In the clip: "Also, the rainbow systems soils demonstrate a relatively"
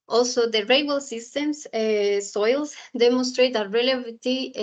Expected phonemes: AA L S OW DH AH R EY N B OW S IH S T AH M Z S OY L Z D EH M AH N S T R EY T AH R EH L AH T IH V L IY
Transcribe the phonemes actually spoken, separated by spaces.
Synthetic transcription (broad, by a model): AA L S OW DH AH R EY B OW S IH S T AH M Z S OY L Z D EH M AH N S T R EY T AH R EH L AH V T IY